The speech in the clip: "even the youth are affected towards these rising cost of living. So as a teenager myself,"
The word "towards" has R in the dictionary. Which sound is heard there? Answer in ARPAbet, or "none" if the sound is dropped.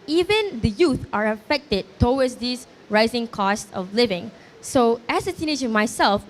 W